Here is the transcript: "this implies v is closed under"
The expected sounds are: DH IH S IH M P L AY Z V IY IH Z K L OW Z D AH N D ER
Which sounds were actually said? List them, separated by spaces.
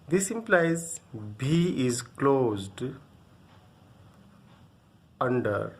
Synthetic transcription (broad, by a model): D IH S IH M P L AY Z B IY IH Z K L OW Z D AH N D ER